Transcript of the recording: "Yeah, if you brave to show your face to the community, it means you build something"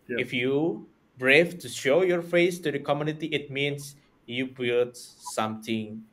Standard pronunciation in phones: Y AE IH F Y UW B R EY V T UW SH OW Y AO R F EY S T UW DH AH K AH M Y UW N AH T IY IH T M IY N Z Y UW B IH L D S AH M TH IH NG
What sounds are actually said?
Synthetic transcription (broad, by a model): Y IH F Y UW B R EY F T UW SH OW Y AO R F EY S T UW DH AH K AH M Y UW N AH T IY IH T M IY N S Y UW B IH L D S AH M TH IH NG